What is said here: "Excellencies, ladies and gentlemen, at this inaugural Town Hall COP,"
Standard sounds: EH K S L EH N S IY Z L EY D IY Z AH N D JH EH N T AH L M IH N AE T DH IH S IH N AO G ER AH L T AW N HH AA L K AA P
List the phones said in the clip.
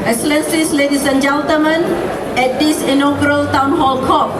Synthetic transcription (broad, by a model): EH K S L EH N S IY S L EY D IY S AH N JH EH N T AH M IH N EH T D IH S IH N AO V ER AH L T AW N HH AA L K AA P